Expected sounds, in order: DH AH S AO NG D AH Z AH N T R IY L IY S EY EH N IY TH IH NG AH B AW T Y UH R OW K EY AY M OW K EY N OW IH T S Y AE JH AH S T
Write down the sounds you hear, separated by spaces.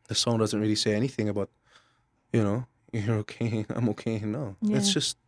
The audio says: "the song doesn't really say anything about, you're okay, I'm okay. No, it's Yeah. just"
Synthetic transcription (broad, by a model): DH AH S AO NG D AH Z AH N T R IY L IY S EY EH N IY TH IH NG AH B AW T Y UH R OW K EY AY M OW K EY N OW IH T S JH AH S T